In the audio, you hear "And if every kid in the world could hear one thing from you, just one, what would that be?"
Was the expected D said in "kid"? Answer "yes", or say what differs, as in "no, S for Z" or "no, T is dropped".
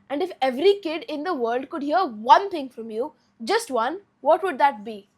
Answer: yes